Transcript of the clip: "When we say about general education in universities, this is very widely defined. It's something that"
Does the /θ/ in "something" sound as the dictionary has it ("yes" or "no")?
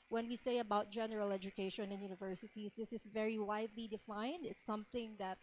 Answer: yes